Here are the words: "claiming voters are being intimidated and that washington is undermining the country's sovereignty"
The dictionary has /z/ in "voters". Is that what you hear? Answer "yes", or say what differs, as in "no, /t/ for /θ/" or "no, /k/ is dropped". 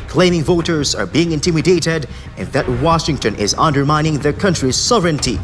yes